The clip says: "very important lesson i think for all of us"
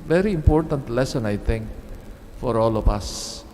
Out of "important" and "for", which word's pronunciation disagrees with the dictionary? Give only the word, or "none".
none